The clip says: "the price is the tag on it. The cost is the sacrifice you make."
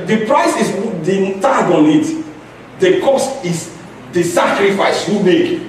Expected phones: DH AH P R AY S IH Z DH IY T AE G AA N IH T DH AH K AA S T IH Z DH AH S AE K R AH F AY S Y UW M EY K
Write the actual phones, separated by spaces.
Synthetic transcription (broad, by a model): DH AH P R AY S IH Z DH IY T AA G AA N IH T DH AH K AA S T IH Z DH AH S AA K R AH F AY S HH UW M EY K